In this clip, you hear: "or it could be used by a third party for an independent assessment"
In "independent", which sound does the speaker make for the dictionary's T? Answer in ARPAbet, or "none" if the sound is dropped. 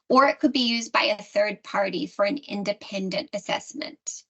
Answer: T